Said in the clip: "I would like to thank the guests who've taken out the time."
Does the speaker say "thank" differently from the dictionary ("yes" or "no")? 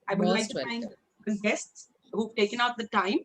yes